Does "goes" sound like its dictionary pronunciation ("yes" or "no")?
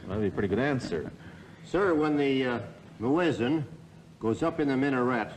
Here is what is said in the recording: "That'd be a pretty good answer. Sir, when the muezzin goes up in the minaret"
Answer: yes